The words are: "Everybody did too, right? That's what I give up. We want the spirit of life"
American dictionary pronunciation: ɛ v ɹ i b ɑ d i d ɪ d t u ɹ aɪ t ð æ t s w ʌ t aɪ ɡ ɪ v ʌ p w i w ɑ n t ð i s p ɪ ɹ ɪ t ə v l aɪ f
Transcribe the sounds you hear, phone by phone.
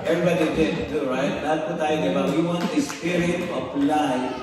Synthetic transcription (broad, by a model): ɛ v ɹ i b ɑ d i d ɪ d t ɹ aɪ t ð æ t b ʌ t aɪ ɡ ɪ b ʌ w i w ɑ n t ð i s p ɪ ɹ ɪ t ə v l aɪ